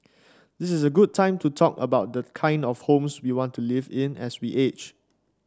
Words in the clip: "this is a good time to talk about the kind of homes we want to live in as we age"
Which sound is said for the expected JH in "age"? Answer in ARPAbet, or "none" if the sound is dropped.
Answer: CH